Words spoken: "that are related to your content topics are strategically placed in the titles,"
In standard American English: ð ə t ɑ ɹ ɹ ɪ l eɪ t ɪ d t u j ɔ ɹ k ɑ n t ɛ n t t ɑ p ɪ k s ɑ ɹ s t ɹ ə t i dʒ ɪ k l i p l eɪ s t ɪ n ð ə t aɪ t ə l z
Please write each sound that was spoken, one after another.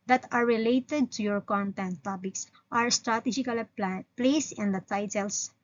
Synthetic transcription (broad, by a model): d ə t ɑ ɹ ɹ ɪ l eɪ t ɪ d t u j ɔ ɹ k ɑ n t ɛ n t t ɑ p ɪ k s ɑ ɹ s t ɹ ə t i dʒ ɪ k l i p l eɪ s ɪ n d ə t aɪ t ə l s